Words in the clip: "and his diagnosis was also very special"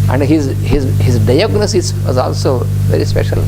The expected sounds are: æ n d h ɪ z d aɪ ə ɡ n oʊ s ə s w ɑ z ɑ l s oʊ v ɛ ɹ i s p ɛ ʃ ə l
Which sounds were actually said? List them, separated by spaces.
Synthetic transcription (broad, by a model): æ n d h ɪ z d aɪ ə ɡ n oʊ s ə s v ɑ z ɑ l s oʊ v ɛ ɹ i s p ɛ ʃ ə l